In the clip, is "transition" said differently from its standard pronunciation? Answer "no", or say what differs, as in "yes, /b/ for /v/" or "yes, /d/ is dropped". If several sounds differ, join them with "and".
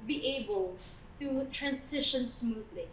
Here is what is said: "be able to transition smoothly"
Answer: yes, /s/ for /z/